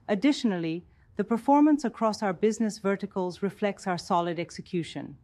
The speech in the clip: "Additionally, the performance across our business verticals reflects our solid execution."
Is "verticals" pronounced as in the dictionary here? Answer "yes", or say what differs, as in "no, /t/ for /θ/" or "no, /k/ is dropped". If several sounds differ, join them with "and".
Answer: yes